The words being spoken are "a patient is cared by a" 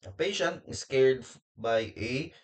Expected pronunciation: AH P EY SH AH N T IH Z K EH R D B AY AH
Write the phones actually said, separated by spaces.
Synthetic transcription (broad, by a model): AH P EY SH AH N T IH S K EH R D B AY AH